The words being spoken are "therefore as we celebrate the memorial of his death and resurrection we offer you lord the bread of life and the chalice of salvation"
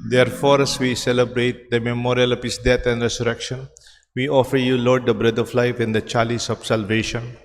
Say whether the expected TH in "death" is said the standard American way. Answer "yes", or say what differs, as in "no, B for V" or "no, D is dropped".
no, T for TH